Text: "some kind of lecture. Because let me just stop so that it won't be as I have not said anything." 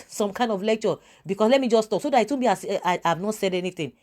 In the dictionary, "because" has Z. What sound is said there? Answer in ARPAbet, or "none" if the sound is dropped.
S